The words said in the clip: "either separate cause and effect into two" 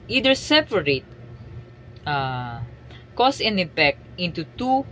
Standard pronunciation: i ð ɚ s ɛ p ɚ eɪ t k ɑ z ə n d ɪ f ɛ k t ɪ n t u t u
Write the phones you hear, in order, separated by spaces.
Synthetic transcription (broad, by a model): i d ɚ s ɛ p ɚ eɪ t k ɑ s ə n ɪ p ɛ k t ɪ n t u t u